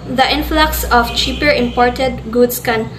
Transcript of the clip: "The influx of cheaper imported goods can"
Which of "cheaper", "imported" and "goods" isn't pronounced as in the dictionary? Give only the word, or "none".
goods